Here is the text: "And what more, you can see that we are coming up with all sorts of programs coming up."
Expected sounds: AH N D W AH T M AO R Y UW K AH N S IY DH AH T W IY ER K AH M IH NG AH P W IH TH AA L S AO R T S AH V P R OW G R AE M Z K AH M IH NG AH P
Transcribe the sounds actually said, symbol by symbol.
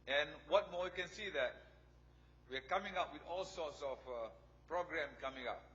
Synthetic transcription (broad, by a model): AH N W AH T M AO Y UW K AH N S IY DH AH T W IY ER K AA M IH NG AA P W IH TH AA L S AO T S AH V P R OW G R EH M K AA M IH NG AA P